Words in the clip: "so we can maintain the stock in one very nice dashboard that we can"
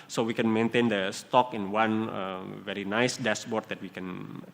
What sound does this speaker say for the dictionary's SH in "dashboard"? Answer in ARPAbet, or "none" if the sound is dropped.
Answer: S